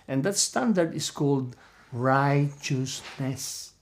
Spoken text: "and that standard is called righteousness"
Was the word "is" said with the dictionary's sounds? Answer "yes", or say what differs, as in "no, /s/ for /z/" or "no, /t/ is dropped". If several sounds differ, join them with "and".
no, /s/ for /z/